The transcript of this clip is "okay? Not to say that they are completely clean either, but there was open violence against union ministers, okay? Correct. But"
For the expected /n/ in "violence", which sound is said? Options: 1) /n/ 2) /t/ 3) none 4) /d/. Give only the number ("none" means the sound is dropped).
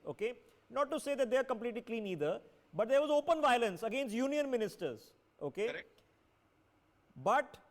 1